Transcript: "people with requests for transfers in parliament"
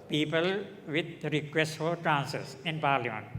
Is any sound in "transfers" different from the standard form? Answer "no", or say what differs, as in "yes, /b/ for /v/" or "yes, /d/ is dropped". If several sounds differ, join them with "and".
yes, /ɹ/ is dropped and /f/ is dropped